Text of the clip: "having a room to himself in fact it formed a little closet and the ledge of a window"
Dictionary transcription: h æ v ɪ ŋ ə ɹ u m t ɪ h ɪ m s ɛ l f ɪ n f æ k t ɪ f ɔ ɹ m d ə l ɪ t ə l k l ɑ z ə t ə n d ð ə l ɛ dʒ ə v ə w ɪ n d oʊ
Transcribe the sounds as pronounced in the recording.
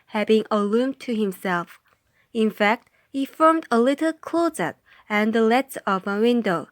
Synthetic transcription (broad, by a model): h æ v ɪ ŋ ə l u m t ɪ h ɪ m s ɛ l f ɪ n f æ k t ɪ f ɔ ɹ m d ə l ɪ t l k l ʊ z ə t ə n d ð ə l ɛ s ə v ə w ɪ n d oʊ